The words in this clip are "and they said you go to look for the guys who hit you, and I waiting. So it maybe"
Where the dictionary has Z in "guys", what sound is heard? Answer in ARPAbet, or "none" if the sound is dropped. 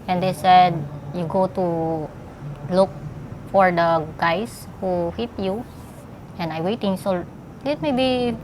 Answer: S